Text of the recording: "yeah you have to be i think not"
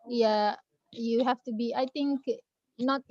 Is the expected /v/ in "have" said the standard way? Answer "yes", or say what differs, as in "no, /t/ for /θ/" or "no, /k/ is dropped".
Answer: no, /f/ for /v/